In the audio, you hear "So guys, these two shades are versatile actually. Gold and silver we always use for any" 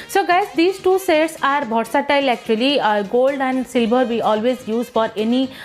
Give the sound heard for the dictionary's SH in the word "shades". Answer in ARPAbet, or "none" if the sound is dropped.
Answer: S